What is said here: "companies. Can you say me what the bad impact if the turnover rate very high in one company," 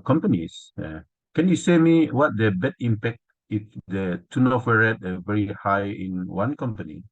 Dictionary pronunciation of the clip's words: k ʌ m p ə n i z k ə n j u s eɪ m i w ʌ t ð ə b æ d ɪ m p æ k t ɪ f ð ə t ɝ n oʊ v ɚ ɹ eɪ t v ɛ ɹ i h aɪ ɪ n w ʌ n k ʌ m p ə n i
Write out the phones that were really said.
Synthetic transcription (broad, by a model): k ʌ m p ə n i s k ə n j u s eɪ m i w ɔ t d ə b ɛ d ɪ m p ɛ k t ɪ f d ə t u n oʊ f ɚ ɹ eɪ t v ɛ ɹ i h aɪ ɪ n w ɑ n k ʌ m p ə n i